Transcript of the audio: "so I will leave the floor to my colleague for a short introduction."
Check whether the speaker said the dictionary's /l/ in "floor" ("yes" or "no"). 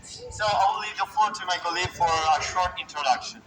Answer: no